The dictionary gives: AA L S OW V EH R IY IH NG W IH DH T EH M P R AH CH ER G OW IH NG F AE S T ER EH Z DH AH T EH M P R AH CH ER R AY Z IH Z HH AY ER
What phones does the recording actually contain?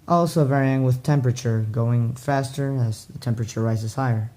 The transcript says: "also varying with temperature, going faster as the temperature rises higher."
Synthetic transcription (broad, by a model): AA L S OW V EH R IY IH NG W IH DH T EH M P R AH CH ER G OW IH NG F AE S T ER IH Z DH AH T EH M P R AH CH ER R AY Z IH Z HH AY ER